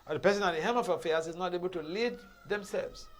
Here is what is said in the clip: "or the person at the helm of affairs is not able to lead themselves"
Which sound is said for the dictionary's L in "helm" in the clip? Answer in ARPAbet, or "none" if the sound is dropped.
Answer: none